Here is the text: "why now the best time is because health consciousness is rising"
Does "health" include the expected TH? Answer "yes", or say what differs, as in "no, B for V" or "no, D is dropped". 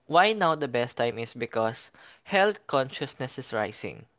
no, T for TH